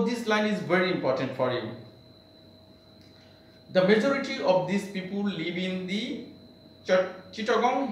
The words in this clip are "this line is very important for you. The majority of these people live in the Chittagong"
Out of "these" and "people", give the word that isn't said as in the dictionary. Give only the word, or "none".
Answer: these